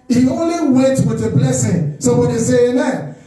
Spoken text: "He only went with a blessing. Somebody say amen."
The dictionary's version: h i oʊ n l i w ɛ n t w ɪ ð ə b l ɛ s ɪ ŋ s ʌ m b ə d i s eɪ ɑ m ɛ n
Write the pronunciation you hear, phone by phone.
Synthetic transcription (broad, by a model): h i oʊ n l i w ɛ t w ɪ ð ə b l ɛ s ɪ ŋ s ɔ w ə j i s eɪ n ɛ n